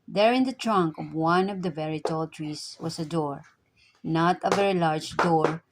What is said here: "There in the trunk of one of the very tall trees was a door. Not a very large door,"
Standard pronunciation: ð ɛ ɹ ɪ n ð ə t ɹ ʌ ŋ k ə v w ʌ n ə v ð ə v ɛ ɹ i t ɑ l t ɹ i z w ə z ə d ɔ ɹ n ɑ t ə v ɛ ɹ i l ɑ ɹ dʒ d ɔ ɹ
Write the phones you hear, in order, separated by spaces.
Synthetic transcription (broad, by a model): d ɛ ɹ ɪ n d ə t ɹ ʌ ŋ k ə v w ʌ n ə v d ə v ɛ ɹ i t ɑ l t ɹ i s w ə s ə d ɔ ɹ n ɑ t ə v ɛ ɹ i l ɑ ɹ dʒ d ɔ ɹ